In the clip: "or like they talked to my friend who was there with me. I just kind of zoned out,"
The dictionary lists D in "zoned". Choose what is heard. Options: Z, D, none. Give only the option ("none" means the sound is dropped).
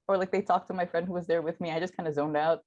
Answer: D